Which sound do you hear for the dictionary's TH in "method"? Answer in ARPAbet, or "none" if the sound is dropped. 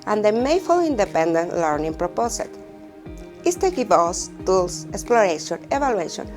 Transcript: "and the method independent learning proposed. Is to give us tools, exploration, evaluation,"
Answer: F